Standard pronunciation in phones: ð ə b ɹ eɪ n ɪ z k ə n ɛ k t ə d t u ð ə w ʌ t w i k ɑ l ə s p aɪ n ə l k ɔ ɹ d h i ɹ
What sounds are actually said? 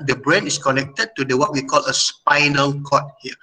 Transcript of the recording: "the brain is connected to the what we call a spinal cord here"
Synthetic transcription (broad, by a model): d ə b ɹ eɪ n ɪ s k ə n ɛ k t ə d t u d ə w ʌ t w i k ɑ l ə s p aɪ n ə l k ɔ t h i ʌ